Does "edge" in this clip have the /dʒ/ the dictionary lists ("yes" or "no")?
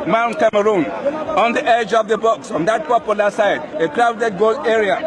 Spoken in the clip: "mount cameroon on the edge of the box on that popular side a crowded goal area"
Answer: yes